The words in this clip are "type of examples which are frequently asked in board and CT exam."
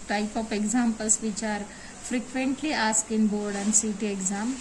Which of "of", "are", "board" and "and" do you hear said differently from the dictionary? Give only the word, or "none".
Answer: of